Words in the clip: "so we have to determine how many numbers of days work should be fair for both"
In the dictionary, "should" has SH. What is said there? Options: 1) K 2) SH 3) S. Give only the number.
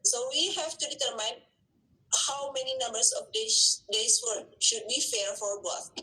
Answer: 2